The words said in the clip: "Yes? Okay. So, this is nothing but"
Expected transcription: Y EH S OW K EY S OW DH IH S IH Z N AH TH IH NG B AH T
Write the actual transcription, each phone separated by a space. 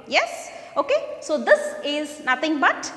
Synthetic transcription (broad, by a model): Y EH S OW K EY S OW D IH S IH Z N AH T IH NG B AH T